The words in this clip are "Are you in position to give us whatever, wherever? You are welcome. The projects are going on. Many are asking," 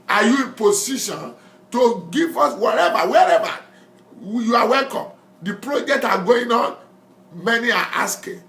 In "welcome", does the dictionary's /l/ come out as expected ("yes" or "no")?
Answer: yes